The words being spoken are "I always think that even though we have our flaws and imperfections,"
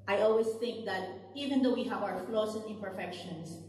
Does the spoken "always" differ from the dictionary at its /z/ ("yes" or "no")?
yes